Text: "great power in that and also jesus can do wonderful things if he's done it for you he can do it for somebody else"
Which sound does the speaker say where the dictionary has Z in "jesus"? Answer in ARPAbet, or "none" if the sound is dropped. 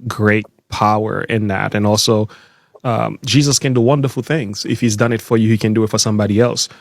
Z